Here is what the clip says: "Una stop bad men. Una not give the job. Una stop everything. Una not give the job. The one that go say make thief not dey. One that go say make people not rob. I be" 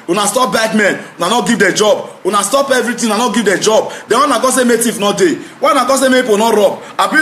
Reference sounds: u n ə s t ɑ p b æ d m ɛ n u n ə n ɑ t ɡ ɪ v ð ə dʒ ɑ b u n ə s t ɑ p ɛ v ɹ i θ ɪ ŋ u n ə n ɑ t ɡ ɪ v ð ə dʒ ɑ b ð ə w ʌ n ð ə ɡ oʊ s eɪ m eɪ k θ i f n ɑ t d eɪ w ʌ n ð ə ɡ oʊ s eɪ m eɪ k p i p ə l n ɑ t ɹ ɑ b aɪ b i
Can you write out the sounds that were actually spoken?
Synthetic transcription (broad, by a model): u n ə s t ɑ p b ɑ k m ɛ n u n ə n ɑ t ɡ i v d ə dʒ ɑ b u n ə s t ɑ p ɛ v ɹ i t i u n ə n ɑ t ɡ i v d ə dʒ ɑ b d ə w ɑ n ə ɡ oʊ s eɪ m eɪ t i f n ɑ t d eɪ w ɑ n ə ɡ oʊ s eɪ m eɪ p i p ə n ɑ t ɹ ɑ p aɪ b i